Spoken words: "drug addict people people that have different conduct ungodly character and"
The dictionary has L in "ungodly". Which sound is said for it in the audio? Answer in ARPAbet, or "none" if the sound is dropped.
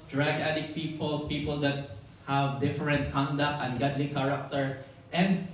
L